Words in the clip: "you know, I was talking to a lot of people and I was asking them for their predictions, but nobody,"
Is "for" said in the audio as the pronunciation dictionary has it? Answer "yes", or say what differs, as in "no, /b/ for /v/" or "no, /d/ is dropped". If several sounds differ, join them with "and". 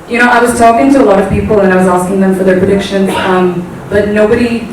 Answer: yes